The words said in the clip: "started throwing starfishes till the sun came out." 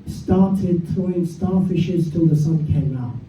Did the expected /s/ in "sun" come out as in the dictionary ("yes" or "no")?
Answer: yes